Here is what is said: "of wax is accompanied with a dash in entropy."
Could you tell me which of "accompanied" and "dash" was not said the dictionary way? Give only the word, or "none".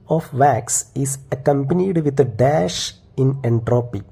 none